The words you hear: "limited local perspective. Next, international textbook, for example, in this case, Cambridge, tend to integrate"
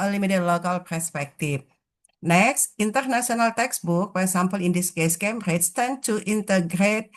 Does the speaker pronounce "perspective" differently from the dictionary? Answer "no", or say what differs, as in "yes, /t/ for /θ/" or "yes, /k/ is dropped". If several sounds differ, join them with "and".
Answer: yes, /f/ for /v/